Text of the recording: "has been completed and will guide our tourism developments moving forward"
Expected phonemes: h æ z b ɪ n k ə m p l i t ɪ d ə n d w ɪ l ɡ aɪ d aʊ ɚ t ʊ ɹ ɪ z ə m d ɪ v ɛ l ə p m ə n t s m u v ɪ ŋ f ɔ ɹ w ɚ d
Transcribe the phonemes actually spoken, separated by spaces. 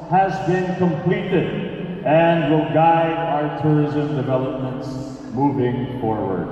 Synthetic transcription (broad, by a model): h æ z b ɪ n k ə m p l i t ɪ d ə n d w ɪ l ɡ aɪ d aʊ ɚ t ʊ ɹ ɪ z ə m d ɪ v ɛ l ə p m ə n t s m u v ɪ ŋ f ɔ ɹ w ɚ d